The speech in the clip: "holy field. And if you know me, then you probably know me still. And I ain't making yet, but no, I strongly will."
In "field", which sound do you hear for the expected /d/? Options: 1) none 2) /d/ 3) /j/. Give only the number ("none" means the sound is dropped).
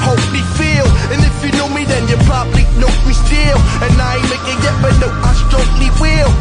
1